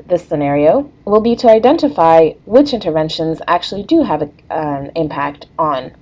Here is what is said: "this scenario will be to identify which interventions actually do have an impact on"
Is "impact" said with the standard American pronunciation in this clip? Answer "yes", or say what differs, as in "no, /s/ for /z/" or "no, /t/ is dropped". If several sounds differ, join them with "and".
yes